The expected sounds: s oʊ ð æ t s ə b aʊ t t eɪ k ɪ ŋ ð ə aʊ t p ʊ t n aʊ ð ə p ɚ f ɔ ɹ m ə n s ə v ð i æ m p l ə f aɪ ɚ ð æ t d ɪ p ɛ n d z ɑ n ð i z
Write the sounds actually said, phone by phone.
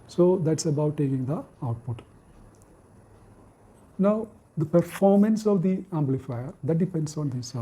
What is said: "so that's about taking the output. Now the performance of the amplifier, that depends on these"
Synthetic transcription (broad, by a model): s oʊ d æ t s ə b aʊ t t eɪ k ɪ ŋ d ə aʊ t p ʊ t n aʊ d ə p ɚ f ɔ ɹ m ə n s ə v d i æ m b l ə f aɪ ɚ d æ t d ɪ p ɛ n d s ɑ n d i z